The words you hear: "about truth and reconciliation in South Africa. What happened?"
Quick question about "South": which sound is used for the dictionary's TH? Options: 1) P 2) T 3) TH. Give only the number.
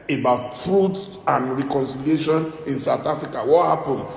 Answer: 2